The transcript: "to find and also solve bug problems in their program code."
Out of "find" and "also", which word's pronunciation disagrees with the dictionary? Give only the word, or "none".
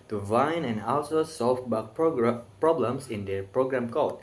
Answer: find